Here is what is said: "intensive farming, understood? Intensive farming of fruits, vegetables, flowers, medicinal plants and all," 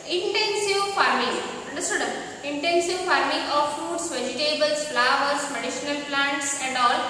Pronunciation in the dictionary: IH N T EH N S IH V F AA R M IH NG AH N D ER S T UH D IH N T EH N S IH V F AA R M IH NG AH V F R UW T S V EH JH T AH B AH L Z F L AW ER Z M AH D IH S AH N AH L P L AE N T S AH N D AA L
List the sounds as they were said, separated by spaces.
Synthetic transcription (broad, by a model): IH N T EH N S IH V F AA R M IH NG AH N D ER S T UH D IH N T EH N S IH V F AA R M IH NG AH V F UW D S V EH JH T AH B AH L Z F L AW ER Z M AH D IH SH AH N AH L P L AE N T S AH N D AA L